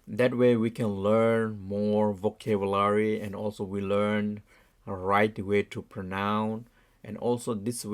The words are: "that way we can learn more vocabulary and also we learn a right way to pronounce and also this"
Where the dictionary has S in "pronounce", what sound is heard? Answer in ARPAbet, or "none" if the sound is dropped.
none